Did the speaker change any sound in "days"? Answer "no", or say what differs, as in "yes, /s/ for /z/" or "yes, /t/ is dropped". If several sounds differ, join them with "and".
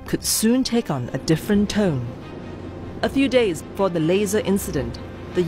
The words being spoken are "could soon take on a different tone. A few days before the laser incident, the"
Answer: no